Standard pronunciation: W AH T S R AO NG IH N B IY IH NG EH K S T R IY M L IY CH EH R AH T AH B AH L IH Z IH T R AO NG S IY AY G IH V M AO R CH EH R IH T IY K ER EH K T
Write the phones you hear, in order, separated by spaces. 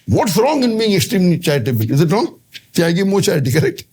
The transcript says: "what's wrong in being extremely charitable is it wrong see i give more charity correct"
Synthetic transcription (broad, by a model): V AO T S R AO NG IH N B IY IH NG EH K S T R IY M N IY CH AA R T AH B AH IH Z IH T R AO NG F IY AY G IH M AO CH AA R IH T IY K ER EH K T